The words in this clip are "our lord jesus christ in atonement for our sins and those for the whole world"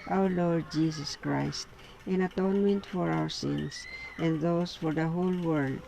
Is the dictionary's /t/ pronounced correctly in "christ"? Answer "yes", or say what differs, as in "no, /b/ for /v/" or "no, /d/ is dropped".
yes